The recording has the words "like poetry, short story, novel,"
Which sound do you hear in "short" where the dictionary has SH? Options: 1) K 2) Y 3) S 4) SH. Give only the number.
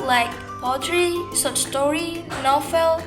3